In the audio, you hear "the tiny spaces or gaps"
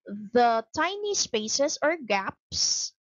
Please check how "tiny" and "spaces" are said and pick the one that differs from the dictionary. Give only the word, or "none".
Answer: spaces